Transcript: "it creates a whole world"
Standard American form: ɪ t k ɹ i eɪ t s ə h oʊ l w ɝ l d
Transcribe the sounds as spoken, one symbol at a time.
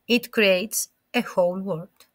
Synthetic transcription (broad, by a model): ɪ t k ɹ i eɪ t s ə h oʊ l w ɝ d